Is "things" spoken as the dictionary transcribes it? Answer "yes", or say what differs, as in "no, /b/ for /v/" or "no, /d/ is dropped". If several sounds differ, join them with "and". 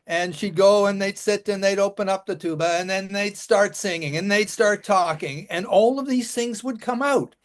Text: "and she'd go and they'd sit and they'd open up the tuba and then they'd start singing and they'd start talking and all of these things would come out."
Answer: yes